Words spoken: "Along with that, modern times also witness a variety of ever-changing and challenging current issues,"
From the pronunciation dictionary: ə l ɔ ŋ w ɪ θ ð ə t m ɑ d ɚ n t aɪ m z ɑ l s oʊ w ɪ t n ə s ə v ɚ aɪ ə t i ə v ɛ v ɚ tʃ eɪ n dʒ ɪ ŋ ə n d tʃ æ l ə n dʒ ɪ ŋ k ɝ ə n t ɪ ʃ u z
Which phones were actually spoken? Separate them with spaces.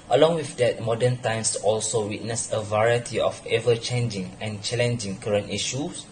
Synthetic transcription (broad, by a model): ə l ɔ ŋ w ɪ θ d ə t m ɑ d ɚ n t aɪ m s ɑ l s oʊ w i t n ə s ə v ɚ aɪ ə t i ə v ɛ v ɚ tʃ eɪ n dʒ ɪ ŋ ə n tʃ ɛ l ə n dʒ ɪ ŋ k ɝ ə n t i ʃ u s